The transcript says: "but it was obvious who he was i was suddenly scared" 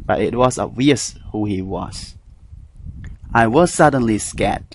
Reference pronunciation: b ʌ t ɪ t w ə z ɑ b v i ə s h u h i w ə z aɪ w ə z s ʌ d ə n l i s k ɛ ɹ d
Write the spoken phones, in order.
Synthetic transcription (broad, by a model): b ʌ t ɪ t w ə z ɑ b v i ə s h u h i w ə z aɪ w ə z s ʌ d ə n l i s k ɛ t